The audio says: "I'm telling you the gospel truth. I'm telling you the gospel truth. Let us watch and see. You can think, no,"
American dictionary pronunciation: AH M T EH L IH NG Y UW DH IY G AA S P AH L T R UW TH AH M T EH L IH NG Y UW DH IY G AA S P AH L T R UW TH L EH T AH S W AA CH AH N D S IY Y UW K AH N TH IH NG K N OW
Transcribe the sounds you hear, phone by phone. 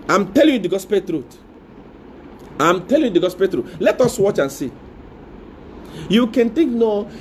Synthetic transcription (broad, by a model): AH M T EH L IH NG Y UW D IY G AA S P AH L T R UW T AH M T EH L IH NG Y UW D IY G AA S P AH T R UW T L EH T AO S W AA CH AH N S IY Y UW K AH N T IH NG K N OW